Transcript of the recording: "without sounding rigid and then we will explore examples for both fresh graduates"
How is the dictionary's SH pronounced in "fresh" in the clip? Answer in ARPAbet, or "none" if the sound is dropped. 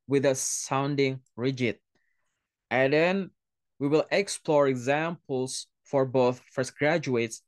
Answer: S